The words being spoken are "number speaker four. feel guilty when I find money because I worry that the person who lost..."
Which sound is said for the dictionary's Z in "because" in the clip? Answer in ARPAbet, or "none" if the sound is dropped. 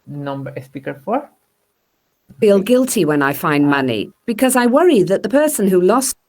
Z